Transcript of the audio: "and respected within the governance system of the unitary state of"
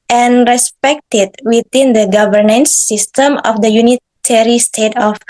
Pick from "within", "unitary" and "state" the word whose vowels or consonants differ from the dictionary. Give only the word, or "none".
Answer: within